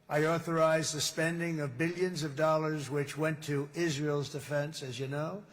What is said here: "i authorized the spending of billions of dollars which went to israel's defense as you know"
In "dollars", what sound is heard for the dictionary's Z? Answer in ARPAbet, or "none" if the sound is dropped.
Z